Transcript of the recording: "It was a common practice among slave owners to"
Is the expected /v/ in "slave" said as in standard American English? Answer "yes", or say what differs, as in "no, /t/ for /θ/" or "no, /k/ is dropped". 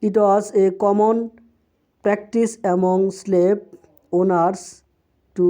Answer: no, /p/ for /v/